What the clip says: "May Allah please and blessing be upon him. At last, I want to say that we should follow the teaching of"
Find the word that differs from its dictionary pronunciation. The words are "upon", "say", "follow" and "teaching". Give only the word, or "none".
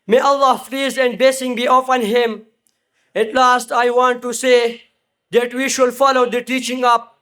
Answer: upon